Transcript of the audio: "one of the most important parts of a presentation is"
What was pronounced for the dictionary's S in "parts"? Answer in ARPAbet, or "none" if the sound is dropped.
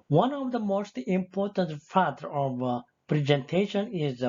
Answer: none